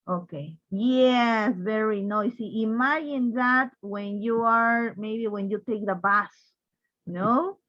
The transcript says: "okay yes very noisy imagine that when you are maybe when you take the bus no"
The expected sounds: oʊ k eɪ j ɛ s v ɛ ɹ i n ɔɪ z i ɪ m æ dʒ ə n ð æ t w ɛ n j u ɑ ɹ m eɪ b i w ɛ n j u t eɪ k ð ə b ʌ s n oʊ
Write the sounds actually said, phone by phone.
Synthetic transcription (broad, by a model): oʊ k eɪ j ɛ s v ɛ ɹ i n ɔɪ s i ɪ m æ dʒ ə n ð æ t w ɛ n j u ɑ ɹ m eɪ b i w ɛ n j u t eɪ k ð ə b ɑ s n oʊ